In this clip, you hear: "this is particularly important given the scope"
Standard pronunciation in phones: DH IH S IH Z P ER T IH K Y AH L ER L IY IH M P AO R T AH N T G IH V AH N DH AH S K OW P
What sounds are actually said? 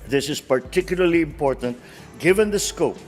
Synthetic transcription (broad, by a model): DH IH S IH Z P ER T IH K Y AH L ER L IY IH M P AO R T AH N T G IH V AH N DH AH S K OW P